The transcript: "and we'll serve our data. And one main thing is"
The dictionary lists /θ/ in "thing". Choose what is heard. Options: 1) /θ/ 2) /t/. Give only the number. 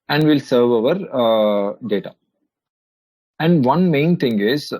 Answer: 2